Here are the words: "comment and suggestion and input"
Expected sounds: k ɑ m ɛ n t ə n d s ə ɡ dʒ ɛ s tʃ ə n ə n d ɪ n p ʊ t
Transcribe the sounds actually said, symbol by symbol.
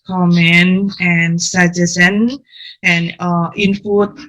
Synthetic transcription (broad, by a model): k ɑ m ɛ n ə n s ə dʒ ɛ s ə n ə n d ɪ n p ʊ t